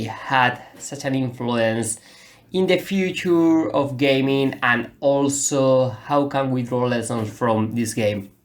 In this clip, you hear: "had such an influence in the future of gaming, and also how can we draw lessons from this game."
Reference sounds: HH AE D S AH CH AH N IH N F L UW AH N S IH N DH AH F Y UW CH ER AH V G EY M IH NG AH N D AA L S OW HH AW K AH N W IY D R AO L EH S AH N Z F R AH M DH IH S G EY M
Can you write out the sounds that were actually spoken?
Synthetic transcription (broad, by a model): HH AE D S AH CH AH N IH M F L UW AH N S IH N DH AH F Y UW CH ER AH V G EY M IH NG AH N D AA L S OW HH AW K AH N W IY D R AO L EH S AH N S F R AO M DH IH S G EY M